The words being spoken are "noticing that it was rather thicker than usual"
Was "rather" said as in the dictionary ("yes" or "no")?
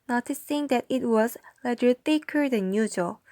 no